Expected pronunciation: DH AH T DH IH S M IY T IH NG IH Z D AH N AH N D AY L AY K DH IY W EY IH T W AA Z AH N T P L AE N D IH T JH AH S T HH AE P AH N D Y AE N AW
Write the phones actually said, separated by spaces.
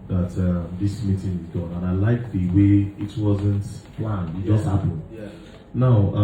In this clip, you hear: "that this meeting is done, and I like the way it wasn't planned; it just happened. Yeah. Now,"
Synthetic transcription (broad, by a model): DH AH T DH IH S M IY T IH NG IH Z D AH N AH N AY L AY K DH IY W EY IH T W AA Z AH N T P L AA N IH T JH AH S T HH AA P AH N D N AW